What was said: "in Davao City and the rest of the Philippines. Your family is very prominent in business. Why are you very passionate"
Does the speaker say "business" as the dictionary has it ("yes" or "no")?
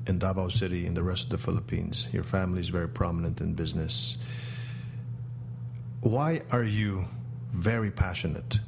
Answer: yes